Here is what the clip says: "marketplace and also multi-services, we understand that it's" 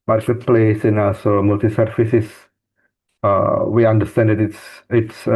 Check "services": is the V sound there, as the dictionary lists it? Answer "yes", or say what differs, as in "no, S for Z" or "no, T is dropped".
no, F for V